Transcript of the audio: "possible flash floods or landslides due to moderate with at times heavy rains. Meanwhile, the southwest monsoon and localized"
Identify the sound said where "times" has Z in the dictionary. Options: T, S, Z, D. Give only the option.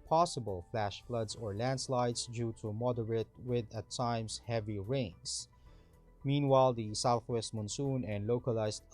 S